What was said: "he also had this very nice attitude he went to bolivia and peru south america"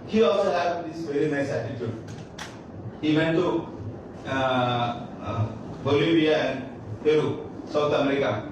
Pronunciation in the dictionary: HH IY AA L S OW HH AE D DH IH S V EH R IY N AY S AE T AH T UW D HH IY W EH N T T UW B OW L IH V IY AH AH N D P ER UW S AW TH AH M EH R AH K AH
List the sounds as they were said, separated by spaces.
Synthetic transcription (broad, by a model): HH IY AA L S OW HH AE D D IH S V EH R IY N AY S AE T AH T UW D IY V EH N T T UW B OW L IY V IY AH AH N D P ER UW S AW T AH M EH R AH K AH